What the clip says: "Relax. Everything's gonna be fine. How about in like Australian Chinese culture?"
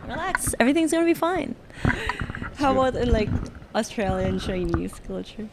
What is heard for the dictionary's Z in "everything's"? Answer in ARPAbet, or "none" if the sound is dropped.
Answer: Z